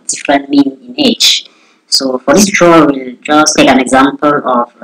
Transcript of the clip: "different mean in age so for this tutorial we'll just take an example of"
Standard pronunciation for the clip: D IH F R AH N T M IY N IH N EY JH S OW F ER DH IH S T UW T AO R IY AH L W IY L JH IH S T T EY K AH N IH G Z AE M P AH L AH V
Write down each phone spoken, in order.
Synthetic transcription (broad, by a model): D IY F R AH N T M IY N IH N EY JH S OW F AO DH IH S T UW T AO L W IY L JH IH S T T EY K AH N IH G Z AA M P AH L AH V